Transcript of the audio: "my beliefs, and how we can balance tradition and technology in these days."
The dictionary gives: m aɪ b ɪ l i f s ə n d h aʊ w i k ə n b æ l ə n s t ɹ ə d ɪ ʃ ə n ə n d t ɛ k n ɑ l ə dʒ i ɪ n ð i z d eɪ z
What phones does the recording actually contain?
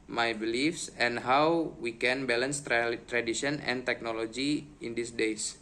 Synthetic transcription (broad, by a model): m aɪ b ɪ l i f s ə n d h aʊ w i k ə n b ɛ l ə n s t ɹ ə d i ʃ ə n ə n t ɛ k n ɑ l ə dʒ i ɪ n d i s d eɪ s